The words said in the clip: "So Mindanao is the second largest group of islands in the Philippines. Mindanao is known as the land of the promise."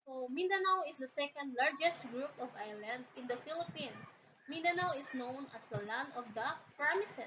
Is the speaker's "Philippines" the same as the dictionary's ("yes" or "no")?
no